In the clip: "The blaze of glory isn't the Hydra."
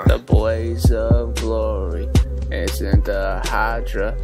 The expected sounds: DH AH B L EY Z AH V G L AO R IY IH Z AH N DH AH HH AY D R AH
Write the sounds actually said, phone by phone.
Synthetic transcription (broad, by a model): DH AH B L EY Z AH V G L AO R IY IH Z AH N DH AH HH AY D R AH